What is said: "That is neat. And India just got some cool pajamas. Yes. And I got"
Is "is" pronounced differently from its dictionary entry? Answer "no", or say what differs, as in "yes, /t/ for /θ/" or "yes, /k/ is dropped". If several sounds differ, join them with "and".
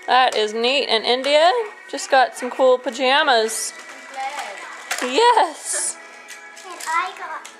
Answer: no